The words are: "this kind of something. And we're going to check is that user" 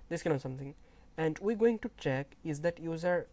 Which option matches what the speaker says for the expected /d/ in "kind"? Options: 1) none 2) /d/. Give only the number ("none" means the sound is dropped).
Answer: 1